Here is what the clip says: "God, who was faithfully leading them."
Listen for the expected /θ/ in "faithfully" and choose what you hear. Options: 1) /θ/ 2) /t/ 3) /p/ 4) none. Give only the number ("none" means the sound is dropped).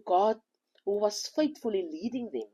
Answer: 2